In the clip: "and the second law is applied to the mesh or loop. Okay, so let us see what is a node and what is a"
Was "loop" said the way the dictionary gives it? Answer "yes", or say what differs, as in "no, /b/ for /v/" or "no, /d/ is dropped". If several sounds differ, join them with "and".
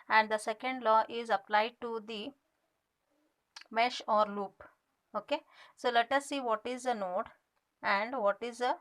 yes